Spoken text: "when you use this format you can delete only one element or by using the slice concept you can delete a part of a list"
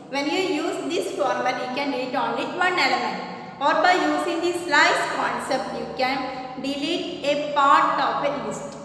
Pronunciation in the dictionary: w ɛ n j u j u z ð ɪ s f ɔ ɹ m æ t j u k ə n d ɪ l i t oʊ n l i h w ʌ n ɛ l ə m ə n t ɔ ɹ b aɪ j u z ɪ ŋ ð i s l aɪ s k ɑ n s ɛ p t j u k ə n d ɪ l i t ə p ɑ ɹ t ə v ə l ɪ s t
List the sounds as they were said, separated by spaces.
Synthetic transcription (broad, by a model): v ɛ n j u j u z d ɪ s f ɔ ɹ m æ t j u k ə n d ɪ l i t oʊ n l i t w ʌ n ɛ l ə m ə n ɔ ɹ b aɪ j u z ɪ ŋ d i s l aɪ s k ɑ n s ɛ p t j u k ə n d ɪ l i t ə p ɑ ɹ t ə f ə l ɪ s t